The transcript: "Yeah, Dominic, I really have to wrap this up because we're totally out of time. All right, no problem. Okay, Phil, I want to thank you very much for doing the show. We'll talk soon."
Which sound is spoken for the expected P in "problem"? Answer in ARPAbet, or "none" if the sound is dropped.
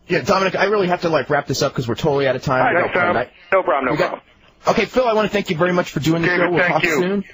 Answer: B